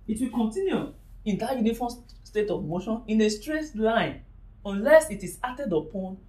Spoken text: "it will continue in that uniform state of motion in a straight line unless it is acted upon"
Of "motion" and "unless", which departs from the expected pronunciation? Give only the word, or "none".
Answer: none